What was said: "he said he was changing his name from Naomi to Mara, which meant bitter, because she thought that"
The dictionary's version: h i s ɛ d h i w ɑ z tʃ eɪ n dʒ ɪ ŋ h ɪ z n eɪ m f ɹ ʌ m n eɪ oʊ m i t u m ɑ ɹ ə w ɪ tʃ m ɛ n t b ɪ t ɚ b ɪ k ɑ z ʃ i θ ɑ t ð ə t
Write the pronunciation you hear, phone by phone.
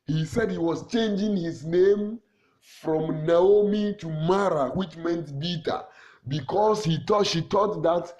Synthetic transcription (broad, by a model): h i s ɛ d h i w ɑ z tʃ eɪ n dʒ ɪ ŋ h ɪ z n eɪ m f ɹ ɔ m n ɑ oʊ m i t u m ɑ ɹ ə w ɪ tʃ m ɛ n t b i t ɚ b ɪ k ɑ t ʃ i t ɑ t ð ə t